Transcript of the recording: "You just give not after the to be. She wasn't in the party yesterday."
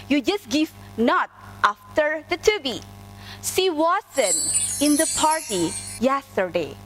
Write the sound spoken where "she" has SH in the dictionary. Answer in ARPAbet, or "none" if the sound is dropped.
S